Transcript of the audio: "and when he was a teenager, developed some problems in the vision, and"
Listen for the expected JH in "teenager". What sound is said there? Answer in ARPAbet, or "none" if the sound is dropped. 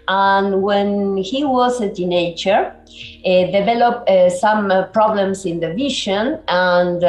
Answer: CH